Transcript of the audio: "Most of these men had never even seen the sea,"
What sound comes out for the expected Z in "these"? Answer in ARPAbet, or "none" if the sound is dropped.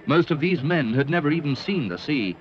Z